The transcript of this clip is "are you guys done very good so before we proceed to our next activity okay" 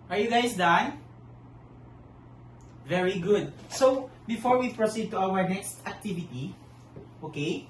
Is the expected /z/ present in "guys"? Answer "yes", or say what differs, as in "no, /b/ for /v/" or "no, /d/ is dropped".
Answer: no, /s/ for /z/